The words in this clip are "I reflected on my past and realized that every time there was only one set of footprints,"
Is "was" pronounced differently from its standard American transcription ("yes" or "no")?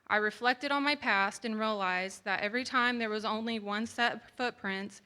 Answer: no